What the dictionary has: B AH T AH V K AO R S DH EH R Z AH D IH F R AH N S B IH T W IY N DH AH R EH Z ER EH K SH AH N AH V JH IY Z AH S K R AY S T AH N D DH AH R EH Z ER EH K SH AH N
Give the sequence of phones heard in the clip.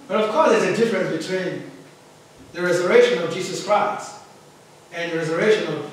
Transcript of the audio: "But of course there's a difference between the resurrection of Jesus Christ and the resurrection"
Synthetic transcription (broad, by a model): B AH T AH V K AO R S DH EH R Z AH D IH F R AH N S B IH T W IY N DH AH R EH Z ER EH K SH AH N AH V JH IY Z AH S K R AY S T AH N DH AH R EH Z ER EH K SH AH N